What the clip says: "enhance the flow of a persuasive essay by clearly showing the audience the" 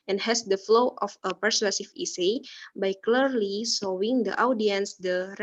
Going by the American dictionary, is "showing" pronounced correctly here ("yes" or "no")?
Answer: no